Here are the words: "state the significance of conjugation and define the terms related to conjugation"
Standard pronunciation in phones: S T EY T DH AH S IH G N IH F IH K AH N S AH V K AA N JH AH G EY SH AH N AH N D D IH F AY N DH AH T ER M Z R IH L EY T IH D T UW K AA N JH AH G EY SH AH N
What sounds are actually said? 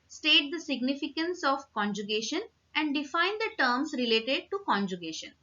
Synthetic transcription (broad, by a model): S T EY T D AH S IH G N IH F IH K AH N S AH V K AA N JH AH G EY SH AH N AH N D D IH F AY N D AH T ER M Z R IH L EY T IH D T UW K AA N JH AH G EY SH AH N